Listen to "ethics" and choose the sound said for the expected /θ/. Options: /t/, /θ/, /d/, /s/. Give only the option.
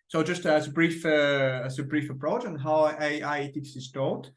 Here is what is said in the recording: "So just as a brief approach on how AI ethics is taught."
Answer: /t/